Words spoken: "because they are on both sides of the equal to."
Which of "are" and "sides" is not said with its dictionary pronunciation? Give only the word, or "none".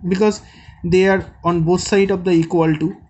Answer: sides